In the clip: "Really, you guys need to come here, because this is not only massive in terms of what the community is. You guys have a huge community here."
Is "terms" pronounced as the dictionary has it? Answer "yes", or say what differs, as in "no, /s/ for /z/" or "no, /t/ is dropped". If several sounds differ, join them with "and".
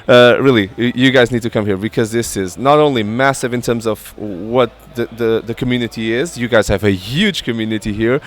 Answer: yes